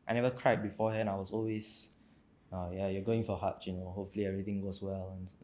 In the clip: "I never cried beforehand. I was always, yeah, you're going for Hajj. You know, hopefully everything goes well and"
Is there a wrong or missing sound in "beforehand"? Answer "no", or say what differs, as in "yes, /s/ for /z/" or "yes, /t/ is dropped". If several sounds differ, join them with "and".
yes, /d/ is dropped